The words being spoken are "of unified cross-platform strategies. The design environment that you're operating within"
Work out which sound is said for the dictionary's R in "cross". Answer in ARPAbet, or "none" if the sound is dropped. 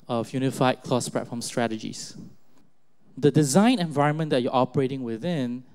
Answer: L